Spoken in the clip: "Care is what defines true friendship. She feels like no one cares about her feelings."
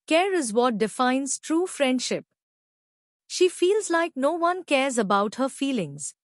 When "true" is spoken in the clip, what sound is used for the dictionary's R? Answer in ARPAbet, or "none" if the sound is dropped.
R